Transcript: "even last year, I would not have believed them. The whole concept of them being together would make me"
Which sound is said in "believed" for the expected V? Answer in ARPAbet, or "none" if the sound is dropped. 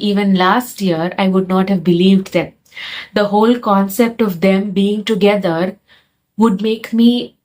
V